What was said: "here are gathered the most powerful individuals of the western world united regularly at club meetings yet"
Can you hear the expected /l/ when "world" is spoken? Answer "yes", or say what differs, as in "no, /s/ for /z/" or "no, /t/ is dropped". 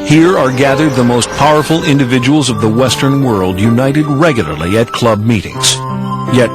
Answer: yes